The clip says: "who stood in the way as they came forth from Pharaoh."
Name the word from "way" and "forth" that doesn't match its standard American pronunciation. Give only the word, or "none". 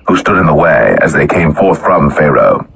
none